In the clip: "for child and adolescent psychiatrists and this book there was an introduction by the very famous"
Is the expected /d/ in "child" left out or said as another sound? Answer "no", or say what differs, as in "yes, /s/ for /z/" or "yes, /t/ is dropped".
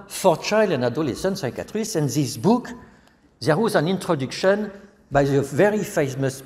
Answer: yes, /d/ is dropped